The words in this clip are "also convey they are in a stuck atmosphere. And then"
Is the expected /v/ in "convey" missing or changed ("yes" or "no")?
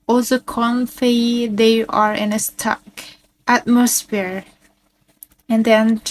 yes